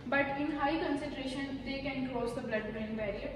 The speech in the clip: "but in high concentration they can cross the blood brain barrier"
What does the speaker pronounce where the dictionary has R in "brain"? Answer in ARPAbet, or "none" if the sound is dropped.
none